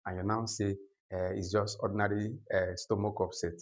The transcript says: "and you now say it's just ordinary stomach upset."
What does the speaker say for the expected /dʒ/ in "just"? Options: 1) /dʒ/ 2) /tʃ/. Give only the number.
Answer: 1